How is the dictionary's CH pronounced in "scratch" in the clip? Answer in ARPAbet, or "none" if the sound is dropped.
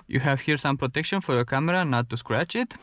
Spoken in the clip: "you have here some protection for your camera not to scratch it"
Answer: CH